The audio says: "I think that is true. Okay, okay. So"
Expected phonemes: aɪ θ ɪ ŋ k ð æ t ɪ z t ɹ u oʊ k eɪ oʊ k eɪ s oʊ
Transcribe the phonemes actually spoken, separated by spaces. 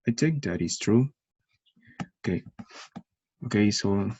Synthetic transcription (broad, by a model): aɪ t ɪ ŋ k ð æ t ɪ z t ɹ u oʊ k eɪ oʊ k eɪ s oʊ